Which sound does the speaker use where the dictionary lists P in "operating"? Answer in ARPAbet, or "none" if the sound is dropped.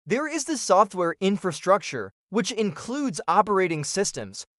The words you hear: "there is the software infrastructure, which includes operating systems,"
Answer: P